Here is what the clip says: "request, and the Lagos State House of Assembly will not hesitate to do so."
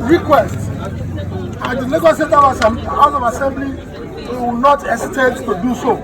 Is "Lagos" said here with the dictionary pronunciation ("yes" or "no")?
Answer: no